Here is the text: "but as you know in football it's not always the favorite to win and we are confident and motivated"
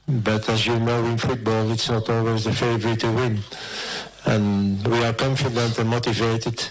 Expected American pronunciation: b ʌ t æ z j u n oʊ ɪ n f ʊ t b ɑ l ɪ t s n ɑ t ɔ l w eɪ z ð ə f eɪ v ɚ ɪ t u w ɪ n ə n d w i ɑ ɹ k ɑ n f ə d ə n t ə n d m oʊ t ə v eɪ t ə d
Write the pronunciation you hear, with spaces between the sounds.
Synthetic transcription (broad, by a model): b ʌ t æ z j u n oʊ ɪ n f ʊ t b ɑ l ɪ t s n ɑ t ɔ l w eɪ z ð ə f eɪ v ɚ ɪ t u w ɪ n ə n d w i ɑ ɹ k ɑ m f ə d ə n t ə n m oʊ t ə v eɪ t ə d